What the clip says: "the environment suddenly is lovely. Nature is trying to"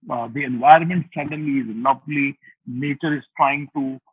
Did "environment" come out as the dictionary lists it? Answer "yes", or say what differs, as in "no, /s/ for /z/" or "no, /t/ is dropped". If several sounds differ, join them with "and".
yes